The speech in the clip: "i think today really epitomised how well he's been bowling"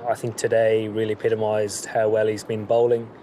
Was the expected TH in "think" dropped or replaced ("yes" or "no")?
no